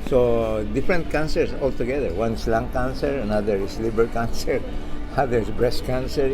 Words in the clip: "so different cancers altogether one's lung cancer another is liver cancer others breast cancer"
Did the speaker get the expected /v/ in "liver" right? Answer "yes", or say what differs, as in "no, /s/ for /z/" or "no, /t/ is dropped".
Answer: no, /b/ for /v/